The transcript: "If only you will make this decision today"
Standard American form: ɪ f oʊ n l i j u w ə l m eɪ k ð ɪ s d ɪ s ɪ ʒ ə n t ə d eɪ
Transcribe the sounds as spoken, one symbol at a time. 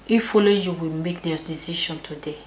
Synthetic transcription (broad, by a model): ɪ f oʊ l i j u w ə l m eɪ k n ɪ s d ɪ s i ʃ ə n t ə d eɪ